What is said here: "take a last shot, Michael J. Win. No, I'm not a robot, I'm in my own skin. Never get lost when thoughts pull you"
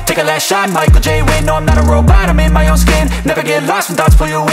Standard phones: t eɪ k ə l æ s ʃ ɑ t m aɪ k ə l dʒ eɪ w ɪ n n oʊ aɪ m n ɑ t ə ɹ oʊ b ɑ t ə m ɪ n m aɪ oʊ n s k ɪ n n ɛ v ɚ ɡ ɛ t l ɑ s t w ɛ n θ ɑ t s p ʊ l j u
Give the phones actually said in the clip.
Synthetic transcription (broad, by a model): t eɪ k ə l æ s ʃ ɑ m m aɪ k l dʒ eɪ w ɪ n n oʊ aɪ m n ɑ t ə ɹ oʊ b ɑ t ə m ɪ n m aɪ oʊ n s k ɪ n n ɛ v ɚ ɡ ɛ t l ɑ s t n t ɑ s f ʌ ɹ j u